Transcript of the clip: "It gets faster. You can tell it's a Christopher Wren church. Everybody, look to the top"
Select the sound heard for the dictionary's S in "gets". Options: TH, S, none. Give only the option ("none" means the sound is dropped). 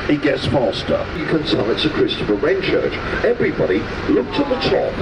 S